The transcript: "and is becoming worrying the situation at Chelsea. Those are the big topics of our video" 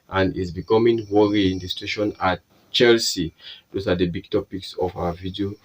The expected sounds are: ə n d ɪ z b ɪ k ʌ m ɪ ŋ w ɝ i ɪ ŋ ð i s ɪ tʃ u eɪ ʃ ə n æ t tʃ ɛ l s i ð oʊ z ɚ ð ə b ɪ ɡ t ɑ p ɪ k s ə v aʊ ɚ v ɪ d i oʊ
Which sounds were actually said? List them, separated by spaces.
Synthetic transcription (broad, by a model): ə n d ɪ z b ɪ k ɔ m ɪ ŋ w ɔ i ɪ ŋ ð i s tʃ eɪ ʃ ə n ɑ t tʃ ɛ l s i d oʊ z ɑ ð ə b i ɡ t ɑ p ɪ k s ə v aʊ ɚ v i d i oʊ